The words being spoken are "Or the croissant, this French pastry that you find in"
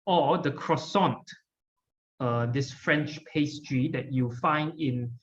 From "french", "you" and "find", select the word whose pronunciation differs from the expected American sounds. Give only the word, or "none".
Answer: none